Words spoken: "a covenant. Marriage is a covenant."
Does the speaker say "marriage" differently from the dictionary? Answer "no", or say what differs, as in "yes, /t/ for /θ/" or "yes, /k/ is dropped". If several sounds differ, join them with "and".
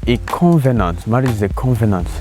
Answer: yes, /z/ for /dʒ/